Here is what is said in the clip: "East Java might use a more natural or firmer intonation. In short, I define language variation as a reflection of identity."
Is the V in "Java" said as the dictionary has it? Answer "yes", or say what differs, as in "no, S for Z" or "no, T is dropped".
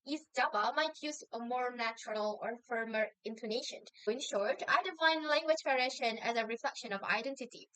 no, B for V